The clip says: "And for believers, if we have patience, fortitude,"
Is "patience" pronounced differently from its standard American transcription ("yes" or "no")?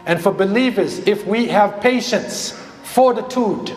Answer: no